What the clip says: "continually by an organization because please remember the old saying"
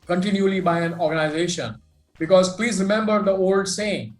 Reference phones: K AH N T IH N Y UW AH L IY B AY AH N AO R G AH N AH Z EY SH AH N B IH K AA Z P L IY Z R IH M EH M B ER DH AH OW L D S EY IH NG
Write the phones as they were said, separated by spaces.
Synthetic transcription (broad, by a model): K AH N T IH N Y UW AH L IY B AY AH N AO R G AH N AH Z EY SH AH N B IH K AA Z P L IY Z R IH M EH M B ER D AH OW L D S EY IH NG